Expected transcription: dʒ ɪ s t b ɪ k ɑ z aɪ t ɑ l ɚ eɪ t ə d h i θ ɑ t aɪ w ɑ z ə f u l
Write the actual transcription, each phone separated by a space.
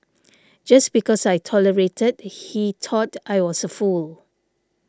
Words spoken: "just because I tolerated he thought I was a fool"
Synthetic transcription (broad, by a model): dʒ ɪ s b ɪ k ɑ s aɪ t ɑ l ɚ eɪ t ə d h i t ɑ t aɪ w ɑ s ə f u l